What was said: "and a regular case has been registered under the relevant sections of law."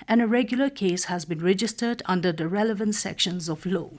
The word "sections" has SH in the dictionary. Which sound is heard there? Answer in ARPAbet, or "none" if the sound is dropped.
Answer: SH